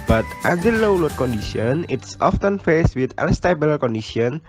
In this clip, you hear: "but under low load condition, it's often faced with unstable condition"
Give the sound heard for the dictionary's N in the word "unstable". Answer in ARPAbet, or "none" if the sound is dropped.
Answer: L